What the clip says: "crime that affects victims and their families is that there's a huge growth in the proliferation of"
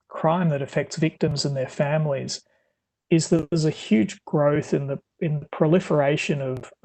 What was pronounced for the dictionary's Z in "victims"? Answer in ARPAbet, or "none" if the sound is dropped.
Z